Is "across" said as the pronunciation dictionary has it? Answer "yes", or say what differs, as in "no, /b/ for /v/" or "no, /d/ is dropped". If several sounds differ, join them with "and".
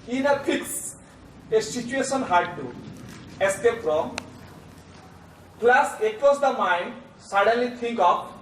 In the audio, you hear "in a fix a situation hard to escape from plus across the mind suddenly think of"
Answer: no, /ɹ/ is dropped